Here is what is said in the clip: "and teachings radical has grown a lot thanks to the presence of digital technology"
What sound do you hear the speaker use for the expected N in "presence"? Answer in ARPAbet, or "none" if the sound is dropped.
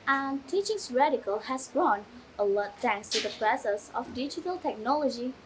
none